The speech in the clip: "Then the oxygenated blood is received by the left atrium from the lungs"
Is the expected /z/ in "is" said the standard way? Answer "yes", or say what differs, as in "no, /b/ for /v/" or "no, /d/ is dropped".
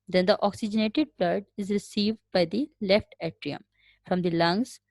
yes